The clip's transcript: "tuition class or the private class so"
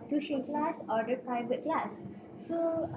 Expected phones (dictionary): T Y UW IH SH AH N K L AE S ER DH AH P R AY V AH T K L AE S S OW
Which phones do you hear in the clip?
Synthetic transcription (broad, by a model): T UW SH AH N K L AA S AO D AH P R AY B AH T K L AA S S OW